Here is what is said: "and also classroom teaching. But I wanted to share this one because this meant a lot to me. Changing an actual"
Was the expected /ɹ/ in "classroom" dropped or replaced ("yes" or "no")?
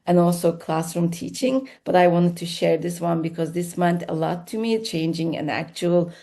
no